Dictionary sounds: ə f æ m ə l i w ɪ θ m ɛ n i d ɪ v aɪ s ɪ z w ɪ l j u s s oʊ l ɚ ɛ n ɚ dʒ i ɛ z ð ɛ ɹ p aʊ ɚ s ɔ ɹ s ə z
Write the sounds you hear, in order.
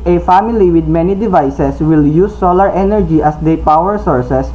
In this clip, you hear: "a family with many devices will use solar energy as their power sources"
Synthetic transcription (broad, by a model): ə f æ m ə l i w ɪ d m ɛ n i d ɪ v aɪ s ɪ s w ɪ l j u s s oʊ l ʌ ɛ n ɚ dʒ i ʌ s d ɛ p aʊ ɚ s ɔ ɹ s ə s